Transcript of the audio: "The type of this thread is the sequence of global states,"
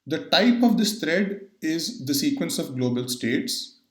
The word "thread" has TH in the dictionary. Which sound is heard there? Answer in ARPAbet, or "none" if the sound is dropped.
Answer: T